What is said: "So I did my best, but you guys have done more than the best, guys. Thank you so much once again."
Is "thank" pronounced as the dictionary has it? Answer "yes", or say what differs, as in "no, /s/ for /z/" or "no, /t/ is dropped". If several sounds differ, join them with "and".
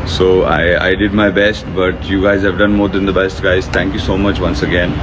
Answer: no, /t/ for /θ/